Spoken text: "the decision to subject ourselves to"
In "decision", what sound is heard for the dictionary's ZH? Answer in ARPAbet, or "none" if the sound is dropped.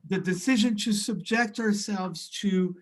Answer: ZH